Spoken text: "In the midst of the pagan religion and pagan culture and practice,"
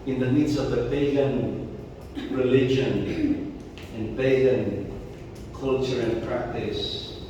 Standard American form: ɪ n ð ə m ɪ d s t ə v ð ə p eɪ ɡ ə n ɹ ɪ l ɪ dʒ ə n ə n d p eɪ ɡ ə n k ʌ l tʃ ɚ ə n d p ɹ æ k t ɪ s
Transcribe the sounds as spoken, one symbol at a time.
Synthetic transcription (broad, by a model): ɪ n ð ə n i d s ə v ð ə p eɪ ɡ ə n ɹ ɪ l ɪ dʒ ə n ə n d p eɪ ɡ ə n k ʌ l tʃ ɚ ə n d p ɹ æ k t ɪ s